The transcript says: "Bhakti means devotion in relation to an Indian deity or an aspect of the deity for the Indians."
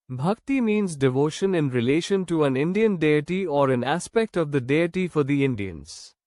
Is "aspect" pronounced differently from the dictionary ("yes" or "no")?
no